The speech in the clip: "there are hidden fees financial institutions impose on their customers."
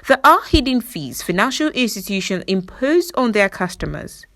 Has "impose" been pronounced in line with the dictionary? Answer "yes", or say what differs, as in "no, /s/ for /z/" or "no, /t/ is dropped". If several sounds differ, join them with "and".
yes